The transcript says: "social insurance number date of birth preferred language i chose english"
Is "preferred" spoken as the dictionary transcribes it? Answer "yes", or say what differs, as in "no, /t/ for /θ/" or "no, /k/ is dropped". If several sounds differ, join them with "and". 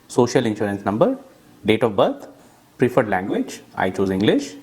yes